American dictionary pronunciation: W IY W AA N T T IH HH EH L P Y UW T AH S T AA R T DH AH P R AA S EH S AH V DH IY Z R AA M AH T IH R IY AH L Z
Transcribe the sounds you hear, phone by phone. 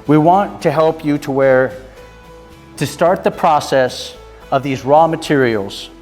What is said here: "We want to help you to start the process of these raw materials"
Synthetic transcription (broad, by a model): W IY W AA N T T IH HH EH L P Y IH T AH S T AA R T DH AH P R AA S EH S AH V DH IY Z R AA M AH T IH R IY L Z